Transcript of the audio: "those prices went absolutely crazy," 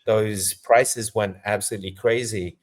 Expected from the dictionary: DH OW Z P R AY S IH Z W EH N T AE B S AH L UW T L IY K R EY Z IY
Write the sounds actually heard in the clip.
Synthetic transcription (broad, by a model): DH OW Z P R AY S IH Z W EH N T AE B S AH L UW T L IY K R EY Z IY